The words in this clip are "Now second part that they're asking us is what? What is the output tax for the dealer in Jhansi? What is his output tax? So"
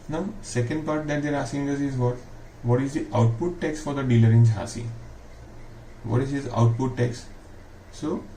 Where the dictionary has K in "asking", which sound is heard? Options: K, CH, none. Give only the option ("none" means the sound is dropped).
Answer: none